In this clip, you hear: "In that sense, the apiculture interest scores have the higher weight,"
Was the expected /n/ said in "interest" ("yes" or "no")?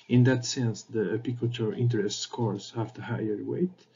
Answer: yes